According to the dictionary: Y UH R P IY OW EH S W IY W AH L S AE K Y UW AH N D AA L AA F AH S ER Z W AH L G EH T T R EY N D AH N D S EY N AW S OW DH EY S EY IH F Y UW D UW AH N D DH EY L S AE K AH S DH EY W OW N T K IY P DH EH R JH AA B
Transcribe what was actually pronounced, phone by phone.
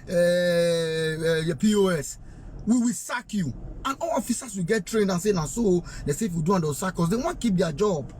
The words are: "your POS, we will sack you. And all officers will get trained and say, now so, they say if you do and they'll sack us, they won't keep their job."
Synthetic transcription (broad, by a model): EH P IY OW EH S W IY W AH L S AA K Y UW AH N AA L AA F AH S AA S W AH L G EH T T R EY N D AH N S EY N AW S OW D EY S EY IH F Y UW D UW AH N D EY W S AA K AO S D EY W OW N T K IY P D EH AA JH AA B